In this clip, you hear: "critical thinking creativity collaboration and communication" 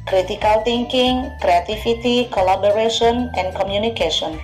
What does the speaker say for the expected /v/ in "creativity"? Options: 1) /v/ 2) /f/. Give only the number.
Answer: 2